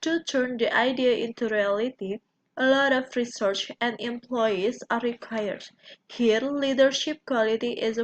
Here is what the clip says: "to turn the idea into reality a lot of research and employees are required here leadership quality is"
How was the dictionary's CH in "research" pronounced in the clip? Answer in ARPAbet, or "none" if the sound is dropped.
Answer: CH